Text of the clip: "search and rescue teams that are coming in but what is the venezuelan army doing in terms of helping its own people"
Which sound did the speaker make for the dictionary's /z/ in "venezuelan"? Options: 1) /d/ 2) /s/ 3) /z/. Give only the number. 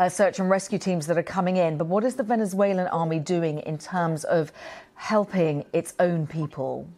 3